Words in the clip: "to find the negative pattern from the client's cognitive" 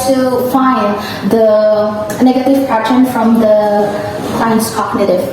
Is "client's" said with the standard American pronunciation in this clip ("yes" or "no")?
no